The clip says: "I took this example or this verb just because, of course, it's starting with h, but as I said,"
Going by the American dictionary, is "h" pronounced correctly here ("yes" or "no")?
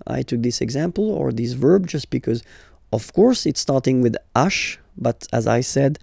no